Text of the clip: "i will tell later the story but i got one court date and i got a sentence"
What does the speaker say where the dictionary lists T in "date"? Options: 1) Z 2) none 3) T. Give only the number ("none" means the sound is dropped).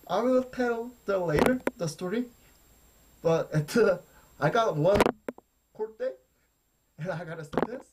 2